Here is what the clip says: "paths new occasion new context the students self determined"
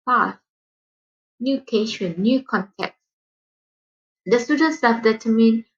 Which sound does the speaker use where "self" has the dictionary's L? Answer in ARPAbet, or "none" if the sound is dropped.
none